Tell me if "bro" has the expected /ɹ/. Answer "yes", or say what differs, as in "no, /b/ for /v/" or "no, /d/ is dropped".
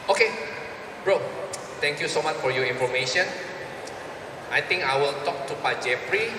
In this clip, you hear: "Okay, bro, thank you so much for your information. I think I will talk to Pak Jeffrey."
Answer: yes